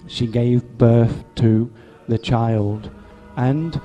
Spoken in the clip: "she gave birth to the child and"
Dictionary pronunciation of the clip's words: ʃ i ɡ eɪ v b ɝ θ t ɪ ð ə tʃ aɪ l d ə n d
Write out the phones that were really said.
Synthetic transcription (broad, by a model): ʃ i ɡ eɪ v b ɝ θ t ɪ ð ə tʃ aɪ l d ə n